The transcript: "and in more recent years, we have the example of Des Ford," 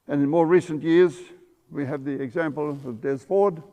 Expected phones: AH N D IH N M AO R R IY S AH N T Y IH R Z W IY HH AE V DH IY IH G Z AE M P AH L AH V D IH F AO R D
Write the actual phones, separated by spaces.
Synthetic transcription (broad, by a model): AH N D IH N M AO R R IY S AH N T Y IH R Z W IY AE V DH IY IH G Z AE M P AH L AH V D IH F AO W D